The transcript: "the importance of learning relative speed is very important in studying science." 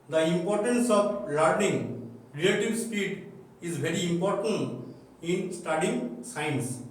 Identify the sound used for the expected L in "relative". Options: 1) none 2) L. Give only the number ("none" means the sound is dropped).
1